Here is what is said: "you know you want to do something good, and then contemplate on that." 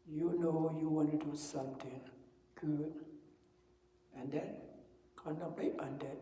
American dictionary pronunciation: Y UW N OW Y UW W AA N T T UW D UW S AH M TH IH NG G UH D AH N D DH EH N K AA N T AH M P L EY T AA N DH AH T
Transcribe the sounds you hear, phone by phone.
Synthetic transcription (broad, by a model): Y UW N OW Y UW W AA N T T UW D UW S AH M T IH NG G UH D AH N D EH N K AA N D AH P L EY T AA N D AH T